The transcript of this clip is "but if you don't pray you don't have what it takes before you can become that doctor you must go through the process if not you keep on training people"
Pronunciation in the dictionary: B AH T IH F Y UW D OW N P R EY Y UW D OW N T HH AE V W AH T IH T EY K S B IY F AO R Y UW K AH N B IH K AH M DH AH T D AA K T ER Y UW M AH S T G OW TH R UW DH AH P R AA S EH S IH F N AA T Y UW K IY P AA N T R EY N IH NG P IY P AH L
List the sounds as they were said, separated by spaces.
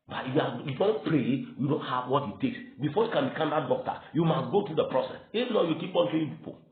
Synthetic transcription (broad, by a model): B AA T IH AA Y UW D OW N P R EY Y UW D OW N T HH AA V W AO T IH T EY K S B IY F AO Y UW K AH N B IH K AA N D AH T D AA K T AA Y UW M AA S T G OW T R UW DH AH P R AA S EH S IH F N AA Y UW K IY P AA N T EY IH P IY P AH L